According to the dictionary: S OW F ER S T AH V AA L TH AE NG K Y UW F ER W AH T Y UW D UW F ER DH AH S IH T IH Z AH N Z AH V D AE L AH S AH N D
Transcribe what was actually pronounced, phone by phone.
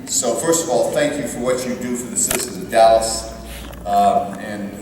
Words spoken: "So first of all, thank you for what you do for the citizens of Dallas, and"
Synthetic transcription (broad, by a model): S OW F ER S T AH V AA L TH AE NG K Y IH F ER W AH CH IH D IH F ER DH AH S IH S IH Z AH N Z AH V D AE L AH S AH N